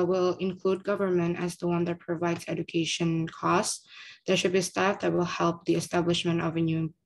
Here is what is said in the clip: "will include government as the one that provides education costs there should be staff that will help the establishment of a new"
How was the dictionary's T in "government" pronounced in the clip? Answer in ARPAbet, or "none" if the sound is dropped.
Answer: T